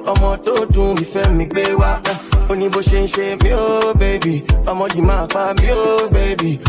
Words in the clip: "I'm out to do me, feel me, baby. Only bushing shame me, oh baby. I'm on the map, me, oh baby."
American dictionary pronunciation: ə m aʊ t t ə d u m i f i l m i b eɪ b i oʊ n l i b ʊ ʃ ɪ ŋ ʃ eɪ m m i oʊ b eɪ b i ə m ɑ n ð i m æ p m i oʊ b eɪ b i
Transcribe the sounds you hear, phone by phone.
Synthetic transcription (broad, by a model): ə m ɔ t t ə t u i f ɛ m m i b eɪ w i oʊ n i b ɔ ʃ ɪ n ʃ eɪ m m i oʊ b eɪ b i ə m ɑ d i m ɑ f m i oʊ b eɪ b i